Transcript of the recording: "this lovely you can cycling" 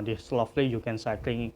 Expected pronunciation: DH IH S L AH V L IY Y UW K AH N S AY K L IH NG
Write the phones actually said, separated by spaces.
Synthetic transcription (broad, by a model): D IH S L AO F L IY Y UW K AH N S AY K L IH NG